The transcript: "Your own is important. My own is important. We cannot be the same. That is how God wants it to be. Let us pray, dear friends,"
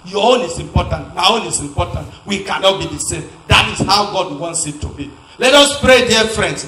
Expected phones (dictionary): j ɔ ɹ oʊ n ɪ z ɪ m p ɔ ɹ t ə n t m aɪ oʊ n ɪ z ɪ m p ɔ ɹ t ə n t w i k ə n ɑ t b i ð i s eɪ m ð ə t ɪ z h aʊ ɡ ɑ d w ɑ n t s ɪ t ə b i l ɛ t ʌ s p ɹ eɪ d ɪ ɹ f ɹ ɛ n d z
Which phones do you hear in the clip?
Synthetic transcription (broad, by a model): j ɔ oʊ n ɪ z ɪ m p ɔ t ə n t m aɪ oʊ n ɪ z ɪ m p ɔ t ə n t w i k ə n ɑ t b i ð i s eɪ m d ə t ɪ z h aʊ ɡ ɑ d w ɑ n t s ɪ t ə b i l ɛ t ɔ s p ɹ eɪ d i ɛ f ɹ ɛ n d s